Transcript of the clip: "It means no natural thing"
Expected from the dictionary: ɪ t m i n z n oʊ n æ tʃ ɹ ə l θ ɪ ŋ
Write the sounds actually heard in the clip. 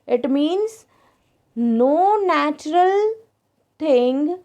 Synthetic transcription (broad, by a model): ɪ t m i n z n oʊ n æ tʃ ɹ ə l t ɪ ŋ